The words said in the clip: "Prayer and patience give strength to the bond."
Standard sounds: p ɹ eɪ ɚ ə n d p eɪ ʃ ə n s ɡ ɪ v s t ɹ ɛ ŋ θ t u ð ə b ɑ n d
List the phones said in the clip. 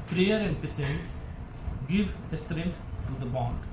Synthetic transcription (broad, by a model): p ɹ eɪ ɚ ə n d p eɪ s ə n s ɡ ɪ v s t ɹ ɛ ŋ t t u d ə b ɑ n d